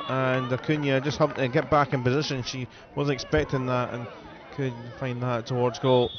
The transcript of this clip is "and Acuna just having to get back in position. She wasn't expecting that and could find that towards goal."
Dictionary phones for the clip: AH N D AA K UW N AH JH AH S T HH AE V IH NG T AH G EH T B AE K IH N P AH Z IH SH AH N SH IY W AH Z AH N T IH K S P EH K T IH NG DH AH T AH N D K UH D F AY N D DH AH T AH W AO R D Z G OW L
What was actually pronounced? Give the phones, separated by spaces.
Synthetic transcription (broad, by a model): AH N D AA K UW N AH JH AH S T HH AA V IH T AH G EH T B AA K IH N P AH Z IH SH AH N SH IY W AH Z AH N IH K S P EH K T IH NG DH AH T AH N K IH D F AY N DH AH T AH W AO R D Z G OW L